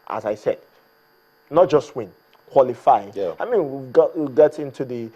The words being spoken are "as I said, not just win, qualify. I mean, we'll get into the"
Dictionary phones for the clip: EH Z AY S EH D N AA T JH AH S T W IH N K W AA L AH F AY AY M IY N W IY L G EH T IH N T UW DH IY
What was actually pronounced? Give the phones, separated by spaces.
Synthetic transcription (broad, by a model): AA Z AY S EH D N AA T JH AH S T W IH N K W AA L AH F AY AY M IY N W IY W G EH T IH N T UW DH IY